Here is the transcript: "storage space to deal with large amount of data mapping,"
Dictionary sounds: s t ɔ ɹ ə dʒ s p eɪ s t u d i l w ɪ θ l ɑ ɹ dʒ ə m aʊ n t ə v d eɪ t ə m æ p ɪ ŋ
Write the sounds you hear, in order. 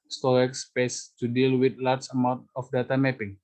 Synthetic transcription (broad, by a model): s t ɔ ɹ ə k s p eɪ s t u d i l w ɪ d l ɑ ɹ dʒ ə m aʊ n t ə f d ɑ t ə m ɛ p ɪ ŋ